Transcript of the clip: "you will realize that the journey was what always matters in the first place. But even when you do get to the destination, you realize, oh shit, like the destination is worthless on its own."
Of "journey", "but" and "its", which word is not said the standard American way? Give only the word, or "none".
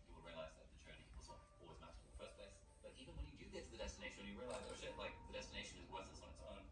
journey